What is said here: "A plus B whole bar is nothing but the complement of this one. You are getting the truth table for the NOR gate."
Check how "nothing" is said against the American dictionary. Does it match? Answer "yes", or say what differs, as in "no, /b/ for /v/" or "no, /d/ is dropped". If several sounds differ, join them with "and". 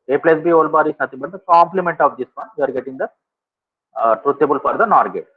no, /t/ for /θ/